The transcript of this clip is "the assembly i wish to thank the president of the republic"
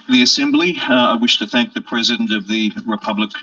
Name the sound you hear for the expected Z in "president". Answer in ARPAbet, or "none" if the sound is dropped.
Z